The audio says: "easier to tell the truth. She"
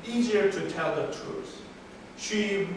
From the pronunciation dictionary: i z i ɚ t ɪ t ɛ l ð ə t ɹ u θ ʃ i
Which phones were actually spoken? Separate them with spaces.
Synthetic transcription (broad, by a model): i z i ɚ t ɪ t ɛ l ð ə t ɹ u s ʃ i